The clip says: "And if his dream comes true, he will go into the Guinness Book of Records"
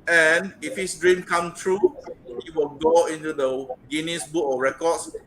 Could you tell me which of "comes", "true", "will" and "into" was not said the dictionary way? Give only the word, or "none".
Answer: comes